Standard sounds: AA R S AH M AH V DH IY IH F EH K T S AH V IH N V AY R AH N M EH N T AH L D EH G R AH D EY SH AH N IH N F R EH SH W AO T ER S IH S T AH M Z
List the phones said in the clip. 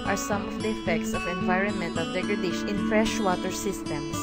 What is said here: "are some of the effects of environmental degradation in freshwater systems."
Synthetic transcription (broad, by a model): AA R S AH M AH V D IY IH F EH K T S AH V IH N V AY R AH N M EH N T AH L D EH G R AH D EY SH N IH N F R EH SH W AO T ER S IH S T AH M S